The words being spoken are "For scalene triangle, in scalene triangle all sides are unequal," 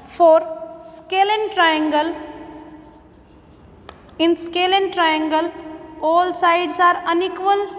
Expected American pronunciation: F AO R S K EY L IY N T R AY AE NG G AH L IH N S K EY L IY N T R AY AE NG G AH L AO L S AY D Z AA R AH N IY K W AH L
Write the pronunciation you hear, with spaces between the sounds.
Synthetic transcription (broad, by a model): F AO R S K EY L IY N T R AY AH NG G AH L IH N S K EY L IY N T R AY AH NG G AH L AO L S AY D S AA R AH N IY K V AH L